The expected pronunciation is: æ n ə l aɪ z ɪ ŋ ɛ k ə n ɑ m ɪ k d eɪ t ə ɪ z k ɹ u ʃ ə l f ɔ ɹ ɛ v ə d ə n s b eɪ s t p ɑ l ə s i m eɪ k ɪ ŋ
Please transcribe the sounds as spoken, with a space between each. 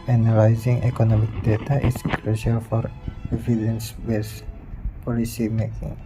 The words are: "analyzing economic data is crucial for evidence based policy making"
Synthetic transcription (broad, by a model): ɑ n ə l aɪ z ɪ ŋ ɛ k ə n ɑ m ɪ k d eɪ t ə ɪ s k ɹ u ʃ ə l f ɔ ɹ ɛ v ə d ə n s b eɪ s p ɑ l ə s i m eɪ k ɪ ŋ